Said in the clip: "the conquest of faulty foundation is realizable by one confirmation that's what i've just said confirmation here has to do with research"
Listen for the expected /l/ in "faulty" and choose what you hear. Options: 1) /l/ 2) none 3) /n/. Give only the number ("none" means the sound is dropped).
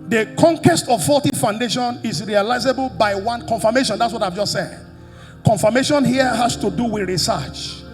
2